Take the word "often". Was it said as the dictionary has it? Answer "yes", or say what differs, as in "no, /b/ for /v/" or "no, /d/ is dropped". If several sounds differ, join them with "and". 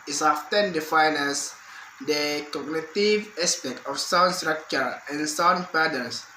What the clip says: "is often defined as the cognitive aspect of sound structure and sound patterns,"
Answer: yes